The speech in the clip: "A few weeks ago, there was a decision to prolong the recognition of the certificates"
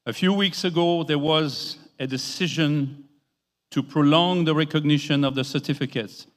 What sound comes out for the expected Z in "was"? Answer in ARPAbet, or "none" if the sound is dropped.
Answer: Z